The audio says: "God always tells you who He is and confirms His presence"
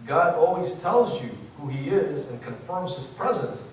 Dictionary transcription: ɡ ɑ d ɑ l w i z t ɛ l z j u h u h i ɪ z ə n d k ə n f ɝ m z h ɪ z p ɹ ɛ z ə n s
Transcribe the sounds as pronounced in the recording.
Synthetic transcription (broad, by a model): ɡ ɑ d ɑ l w i z t ɛ l z j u h u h i ɪ z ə n k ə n f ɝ m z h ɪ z p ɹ ɛ z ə n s